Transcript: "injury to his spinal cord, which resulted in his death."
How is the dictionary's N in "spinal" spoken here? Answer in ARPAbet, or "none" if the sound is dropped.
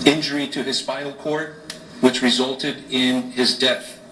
none